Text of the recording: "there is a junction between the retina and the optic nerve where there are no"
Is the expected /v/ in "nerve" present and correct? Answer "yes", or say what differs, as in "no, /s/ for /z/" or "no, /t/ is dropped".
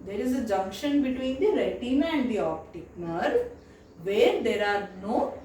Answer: yes